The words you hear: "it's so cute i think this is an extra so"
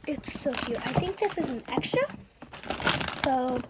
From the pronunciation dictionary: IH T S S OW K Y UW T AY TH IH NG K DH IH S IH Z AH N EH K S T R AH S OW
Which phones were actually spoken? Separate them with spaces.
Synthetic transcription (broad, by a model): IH T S S OW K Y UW T AY TH IH NG K DH IH S IH Z AH N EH K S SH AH S OW